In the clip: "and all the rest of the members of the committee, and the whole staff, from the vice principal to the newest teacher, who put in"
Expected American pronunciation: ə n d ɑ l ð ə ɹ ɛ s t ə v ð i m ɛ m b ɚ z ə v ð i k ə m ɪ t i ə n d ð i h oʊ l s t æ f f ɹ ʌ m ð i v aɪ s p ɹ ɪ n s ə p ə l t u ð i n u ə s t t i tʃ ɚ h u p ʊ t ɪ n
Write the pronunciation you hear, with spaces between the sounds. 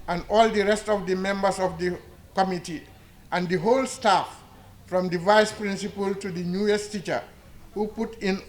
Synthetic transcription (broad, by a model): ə n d ɑ l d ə ɹ ɛ s t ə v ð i m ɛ m b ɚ s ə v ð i k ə m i t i ə n d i h oʊ l s t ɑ f f ɹ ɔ m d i v aɪ s p ɹ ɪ n s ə p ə l t u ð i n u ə s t t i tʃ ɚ h u p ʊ t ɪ n